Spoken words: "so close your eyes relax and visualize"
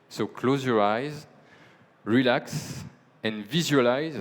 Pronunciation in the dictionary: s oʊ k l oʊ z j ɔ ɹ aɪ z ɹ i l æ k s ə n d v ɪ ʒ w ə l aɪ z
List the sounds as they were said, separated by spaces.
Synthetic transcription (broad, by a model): s oʊ k l oʊ z j ɔ ɹ aɪ z ɹ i l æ k s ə n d v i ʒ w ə l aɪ z